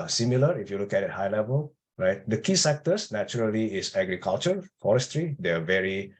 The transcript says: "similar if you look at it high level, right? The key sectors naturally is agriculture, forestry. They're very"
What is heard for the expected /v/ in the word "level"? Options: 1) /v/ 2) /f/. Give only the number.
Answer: 1